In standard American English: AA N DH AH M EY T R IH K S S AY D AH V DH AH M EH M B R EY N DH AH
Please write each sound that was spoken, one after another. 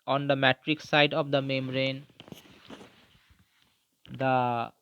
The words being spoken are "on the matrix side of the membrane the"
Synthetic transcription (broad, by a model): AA N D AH M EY T R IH K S S AY D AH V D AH M EH M R EY N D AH